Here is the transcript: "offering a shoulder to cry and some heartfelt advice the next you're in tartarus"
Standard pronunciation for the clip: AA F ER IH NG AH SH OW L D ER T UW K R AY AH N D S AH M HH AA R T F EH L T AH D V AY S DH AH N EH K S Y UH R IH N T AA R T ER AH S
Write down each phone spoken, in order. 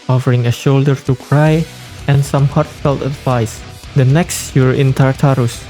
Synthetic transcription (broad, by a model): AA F ER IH NG AH SH OW L D ER T UW K R AY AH N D S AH M HH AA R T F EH L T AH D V AY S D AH N EH K S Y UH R IH N T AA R T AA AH S